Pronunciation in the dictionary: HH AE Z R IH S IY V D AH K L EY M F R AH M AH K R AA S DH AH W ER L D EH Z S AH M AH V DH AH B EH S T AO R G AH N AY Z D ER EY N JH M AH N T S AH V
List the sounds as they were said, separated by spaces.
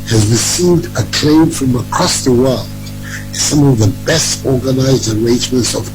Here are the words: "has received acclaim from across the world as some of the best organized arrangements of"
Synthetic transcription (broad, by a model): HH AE Z R IH S IY V D AH K L EY M F R AH M AH K R AA S DH AH W ER L D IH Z S AH M AH V DH AH B EH S T AO R G AH N AY Z D ER EY N JH M AH N T S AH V